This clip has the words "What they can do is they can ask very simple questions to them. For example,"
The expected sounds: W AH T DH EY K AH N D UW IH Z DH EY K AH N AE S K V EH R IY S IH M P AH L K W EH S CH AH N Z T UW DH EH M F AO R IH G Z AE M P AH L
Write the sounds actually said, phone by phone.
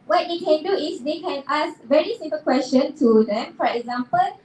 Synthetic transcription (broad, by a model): W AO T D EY K AH N D UW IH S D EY K AH N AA S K V EH R IY S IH M P AH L K W EH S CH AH N T UW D EH M F AO R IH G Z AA M P AH L